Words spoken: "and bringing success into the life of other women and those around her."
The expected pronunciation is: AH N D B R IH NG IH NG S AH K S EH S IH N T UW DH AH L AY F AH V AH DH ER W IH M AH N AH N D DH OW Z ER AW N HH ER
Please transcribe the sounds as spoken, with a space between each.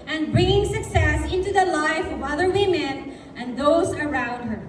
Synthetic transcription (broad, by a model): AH N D B R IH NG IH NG S AH K S EH S IH N T UW DH AH L AY F AH V AH DH ER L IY M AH N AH N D DH OW Z ER AW N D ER